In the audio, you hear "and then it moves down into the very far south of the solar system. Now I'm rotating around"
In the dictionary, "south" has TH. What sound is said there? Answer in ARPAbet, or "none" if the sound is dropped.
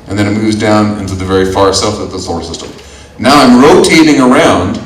F